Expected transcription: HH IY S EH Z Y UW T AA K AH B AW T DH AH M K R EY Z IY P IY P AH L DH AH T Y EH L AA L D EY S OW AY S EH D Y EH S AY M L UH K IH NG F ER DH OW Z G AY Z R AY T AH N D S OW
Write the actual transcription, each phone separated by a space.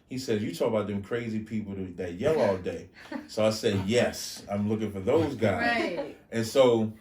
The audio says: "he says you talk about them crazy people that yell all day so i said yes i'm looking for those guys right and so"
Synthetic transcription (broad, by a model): HH IY S EH Z Y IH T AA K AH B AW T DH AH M K R EY Z IY P IY P L DH AH T Y EH L AA L D EY S OW AY S EH D Y EH S AY M L UH K IH NG F ER DH OW Z G AY Z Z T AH N S OW